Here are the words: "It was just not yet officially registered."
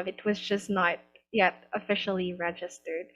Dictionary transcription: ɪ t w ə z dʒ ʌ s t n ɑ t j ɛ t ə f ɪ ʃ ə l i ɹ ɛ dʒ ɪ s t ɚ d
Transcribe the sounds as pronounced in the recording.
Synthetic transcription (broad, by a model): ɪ t w ə z dʒ ʌ s n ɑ t j ɛ t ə f ɪ ʃ l i ɹ ɛ dʒ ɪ s t ɚ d